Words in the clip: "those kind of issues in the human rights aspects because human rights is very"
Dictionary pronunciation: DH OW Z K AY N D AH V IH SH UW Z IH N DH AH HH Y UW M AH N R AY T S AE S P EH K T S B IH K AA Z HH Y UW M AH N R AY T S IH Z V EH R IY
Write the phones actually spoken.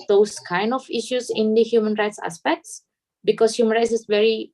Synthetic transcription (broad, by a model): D OW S K AY N D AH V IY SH UW S IH N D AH HH Y UW M AH N R AY T S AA S P EH K T S B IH K AA S HH Y UW M AH N R AY T S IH S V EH R IY